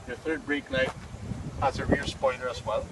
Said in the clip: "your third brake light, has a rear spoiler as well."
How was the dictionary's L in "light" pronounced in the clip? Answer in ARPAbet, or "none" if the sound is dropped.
N